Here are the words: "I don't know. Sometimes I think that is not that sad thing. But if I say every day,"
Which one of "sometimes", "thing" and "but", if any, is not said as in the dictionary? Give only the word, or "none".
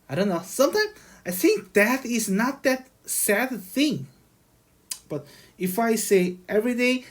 sometimes